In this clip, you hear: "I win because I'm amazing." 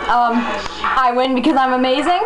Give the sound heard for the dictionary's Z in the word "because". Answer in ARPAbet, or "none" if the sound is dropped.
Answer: Z